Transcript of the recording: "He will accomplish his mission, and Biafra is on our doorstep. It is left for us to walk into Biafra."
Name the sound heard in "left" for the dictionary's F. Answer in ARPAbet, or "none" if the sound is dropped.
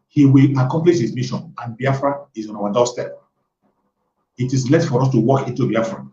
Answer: none